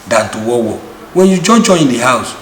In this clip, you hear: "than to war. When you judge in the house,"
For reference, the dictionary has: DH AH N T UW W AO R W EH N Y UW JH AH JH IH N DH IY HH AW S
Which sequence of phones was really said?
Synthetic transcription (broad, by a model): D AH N T UW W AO W W EH N Y UW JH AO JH IH N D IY HH AW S